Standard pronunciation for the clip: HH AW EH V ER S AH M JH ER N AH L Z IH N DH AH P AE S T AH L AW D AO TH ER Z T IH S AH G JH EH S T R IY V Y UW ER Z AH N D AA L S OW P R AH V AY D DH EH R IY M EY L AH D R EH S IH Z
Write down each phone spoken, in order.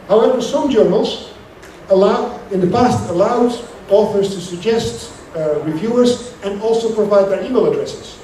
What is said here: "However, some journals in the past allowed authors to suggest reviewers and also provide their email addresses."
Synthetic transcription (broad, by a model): HH AW EH V ER S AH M JH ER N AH L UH IH N DH AH P AE S T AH L AW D AO TH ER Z T IH S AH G JH EH S T R IY V Y UW ER Z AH N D AA L S OW P R AH V AY D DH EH R IY M EY L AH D R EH S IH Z